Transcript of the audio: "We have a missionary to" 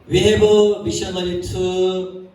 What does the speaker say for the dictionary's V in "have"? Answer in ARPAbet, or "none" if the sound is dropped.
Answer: B